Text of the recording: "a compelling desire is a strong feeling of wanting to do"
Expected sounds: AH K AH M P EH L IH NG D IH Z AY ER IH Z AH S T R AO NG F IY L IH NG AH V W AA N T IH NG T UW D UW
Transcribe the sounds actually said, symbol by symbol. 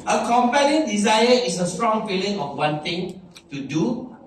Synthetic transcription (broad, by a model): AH K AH M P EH N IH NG D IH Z AY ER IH S AH S T R AO NG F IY L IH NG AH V W AA N T IH NG T UW D UW